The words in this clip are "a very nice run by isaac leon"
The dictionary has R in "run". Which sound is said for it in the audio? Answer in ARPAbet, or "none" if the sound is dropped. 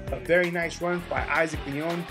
W